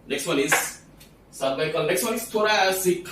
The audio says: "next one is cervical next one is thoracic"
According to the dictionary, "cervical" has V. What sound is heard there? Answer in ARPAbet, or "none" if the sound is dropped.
B